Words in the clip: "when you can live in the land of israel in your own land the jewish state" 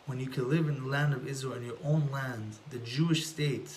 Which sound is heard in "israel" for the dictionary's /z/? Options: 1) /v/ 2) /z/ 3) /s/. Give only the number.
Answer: 2